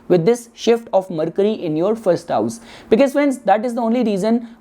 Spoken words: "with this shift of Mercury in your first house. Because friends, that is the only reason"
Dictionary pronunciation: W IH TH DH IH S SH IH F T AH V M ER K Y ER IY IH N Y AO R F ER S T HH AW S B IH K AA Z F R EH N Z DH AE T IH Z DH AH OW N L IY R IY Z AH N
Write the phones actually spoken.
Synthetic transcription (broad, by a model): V IH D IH S SH IH F T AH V M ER K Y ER IY IH N Y AO R F ER S T HH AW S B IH K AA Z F EH N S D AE T IH Z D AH OW N L IY R IY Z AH N